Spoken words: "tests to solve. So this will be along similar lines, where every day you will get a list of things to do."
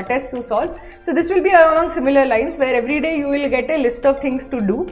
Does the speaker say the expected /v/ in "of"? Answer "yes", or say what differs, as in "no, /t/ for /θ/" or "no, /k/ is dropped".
yes